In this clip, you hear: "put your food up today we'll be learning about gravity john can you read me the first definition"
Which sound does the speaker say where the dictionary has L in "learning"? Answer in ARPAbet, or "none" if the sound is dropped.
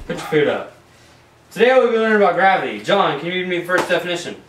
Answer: W